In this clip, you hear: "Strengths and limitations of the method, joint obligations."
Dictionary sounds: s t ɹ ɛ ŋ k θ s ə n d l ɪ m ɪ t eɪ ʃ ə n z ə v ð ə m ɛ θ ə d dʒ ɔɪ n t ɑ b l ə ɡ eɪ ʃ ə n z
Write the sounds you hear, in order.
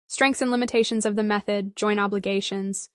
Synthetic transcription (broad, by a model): s t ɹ ɛ ŋ k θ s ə n l ɪ m ɪ t eɪ ʃ ə n z ə v ð ə m ɛ θ ə d dʒ ɔɪ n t ɑ b l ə ɡ eɪ ʃ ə n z